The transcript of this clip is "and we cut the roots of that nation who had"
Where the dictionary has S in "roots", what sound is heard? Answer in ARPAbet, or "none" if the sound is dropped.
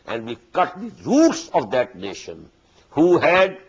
S